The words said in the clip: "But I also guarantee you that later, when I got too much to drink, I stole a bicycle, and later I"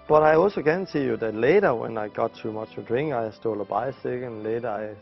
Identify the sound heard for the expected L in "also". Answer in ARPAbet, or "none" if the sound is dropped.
L